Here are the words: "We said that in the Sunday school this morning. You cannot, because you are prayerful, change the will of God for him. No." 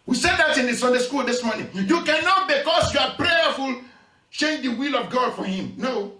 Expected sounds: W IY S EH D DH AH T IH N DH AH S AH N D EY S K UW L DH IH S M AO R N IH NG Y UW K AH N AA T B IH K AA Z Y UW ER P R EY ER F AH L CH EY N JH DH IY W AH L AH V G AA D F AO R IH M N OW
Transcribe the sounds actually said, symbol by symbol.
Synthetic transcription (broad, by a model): W IY S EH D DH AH T IH N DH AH S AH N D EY S K UW L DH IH S M AO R N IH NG Y UW K AH N AA T B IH K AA S Y UW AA P R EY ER F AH L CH EY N JH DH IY W AH L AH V G AA D F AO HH IH M N OW